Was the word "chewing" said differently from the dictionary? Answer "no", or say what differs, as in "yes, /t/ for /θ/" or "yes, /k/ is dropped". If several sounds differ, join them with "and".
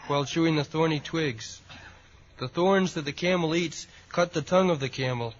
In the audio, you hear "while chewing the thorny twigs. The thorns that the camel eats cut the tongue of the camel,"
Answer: yes, /ʃ/ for /tʃ/